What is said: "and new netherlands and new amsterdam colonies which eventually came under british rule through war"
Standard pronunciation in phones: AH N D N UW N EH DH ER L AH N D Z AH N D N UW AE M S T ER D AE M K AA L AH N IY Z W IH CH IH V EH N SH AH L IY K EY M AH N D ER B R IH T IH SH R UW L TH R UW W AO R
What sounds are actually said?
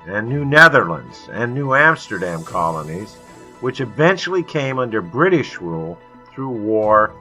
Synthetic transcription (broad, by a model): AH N N UW N EH DH ER L AH N D Z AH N N UW AE M S T ER D AE M K AA L AH N IY Z W IH CH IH V EH N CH L IY K EY M AH N D ER B R IH T IH SH R UW L TH R UW W AO R